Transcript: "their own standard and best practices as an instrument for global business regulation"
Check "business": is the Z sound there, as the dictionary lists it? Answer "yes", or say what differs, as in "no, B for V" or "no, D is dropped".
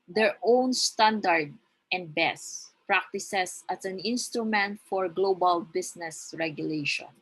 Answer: no, S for Z